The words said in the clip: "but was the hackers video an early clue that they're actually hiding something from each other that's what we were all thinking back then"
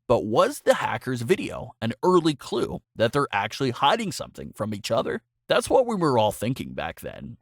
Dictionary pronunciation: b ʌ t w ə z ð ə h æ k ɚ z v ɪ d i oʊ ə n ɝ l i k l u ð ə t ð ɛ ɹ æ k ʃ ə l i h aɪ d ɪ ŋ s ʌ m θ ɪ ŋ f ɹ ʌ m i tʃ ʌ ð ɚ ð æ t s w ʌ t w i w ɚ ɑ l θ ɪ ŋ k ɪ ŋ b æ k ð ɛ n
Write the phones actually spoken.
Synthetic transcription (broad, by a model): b ʌ t w ə z ð ə h æ k ɚ z v ɪ d i oʊ ə n ɝ l i k l u ð ə t ð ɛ ɹ æ k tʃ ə l i h aɪ d ɪ ŋ s ʌ m θ ɪ ŋ f ɹ ʌ m i tʃ ʌ ð ɚ ð æ t s w ʌ t w i w ɚ ɑ l θ ɪ ŋ k ɪ ŋ b æ k ð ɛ n